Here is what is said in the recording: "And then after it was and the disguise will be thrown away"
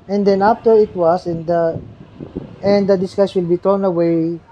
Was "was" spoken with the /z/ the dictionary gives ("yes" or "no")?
no